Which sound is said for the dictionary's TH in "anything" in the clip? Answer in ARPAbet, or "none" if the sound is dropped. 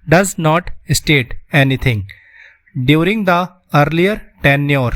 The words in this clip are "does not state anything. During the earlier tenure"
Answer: T